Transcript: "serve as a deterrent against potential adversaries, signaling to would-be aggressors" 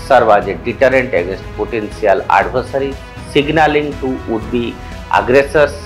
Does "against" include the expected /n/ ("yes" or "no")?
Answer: yes